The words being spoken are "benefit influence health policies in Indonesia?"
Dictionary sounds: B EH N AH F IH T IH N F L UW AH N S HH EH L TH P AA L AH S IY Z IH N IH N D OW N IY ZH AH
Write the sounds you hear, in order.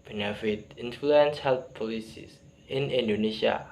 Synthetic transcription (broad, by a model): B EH N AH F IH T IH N F L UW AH N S HH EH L P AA L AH S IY S IH N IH N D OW N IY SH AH